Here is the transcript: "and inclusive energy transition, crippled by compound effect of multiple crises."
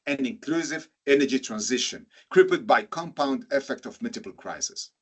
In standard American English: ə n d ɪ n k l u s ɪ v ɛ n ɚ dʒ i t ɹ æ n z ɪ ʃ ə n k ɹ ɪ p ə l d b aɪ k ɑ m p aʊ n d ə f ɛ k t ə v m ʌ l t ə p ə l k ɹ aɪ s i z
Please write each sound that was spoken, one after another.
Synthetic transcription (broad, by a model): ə n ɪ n k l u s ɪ v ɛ n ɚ dʒ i t ɹ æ n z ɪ ʃ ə n k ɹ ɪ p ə d b aɪ k ɑ m p aʊ n d ə f ɛ k t ə v m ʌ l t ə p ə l k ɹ aɪ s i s